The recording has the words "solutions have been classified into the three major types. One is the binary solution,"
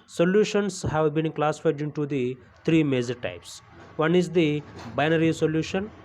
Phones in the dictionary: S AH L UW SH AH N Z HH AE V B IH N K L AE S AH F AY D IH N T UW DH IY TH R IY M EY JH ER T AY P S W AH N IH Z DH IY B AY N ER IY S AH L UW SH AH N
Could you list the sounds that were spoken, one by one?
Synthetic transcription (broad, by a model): S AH L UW SH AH N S HH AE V B IH N K L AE S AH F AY D IH N T UW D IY T R IY M EY JH ER T AY P S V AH N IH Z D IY B AY N ER IY S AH L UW SH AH N